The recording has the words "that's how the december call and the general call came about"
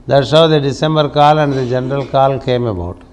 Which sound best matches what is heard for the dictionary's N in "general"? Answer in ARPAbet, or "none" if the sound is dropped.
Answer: N